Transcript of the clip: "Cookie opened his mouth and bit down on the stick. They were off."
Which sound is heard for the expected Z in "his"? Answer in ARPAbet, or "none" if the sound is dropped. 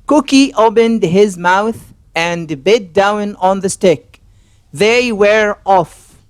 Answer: Z